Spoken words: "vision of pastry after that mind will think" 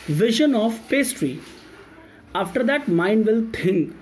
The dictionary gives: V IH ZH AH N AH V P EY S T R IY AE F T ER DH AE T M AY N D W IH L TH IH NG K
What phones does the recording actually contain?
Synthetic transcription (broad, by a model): V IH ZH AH N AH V P EY S T R IY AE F T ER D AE T M AY N D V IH L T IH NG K